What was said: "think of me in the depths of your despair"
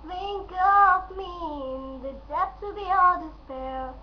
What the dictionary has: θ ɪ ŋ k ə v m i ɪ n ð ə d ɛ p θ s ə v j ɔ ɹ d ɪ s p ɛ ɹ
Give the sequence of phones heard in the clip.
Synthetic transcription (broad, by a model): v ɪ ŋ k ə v m i ɪ n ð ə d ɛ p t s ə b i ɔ l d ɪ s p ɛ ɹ